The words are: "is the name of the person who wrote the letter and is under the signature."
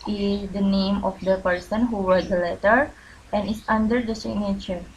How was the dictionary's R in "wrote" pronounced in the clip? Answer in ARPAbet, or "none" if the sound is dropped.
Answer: W